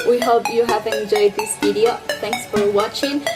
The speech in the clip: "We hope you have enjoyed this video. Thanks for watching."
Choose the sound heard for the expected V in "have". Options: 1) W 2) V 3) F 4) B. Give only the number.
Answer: 2